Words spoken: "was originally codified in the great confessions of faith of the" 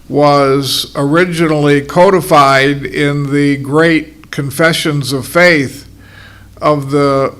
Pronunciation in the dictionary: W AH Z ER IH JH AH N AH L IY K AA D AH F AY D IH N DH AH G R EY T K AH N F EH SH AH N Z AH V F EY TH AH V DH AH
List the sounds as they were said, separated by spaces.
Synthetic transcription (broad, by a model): W AH Z ER IH JH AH N L IY K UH D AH F AY D IH N DH AH G R EY T K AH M F EH SH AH N Z AH V F EY TH AH V DH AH